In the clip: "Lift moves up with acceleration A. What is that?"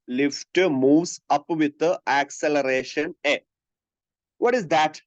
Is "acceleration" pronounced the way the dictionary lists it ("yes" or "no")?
yes